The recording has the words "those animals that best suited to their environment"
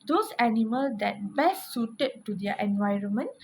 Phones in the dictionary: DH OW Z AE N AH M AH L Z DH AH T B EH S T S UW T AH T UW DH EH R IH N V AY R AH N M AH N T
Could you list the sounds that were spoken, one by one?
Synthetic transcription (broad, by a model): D OW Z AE N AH M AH L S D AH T B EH S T S UW T AH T UW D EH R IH N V AY R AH N M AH N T